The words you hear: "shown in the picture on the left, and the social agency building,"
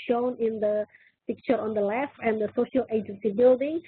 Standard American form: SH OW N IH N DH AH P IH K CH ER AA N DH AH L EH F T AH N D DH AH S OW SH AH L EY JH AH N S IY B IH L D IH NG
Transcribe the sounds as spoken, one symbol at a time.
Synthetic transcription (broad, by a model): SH OW N IH N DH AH P IH K CH ER AA N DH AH L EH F AH N D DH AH S OW SH AH L EY JH AH N S IY B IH L D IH NG